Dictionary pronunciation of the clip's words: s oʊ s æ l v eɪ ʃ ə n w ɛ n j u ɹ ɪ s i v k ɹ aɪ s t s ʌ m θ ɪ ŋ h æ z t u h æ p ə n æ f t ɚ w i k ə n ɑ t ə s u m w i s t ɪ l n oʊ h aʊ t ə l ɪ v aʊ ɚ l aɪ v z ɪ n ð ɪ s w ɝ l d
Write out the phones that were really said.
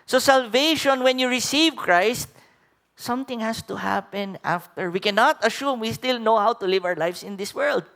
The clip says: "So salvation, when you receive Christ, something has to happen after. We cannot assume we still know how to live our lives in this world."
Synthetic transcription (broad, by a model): s oʊ s æ l v eɪ ʃ ə n w ɛ n j u ɹ ɪ s i v k ɹ aɪ s t s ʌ m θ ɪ ŋ h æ s t u h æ p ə n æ f t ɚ w i k ə n ɑ t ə ʃ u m w i s t ɪ l n oʊ h aʊ t ə l ɪ v aʊ ɚ l aɪ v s ɪ n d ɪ s w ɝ l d